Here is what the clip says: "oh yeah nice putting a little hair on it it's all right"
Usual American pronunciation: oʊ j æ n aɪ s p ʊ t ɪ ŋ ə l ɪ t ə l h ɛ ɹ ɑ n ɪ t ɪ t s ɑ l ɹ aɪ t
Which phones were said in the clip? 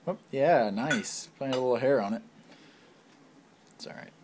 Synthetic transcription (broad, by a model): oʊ j æ n aɪ s f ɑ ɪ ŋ ə l ɪ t l h ɛ ɹ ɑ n ɪ t t s ɑ l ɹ aɪ t